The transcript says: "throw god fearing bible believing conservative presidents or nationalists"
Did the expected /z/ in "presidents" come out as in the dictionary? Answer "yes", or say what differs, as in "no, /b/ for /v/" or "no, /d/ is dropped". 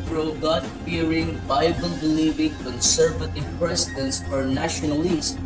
no, /s/ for /z/